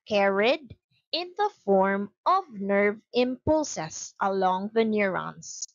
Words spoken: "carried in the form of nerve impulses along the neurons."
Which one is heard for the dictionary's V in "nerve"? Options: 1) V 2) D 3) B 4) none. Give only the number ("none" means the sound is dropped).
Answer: 1